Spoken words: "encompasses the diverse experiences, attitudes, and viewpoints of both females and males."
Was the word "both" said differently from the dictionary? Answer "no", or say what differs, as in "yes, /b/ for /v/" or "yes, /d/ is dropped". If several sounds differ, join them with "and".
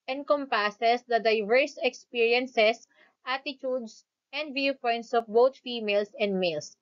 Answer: yes, /t/ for /θ/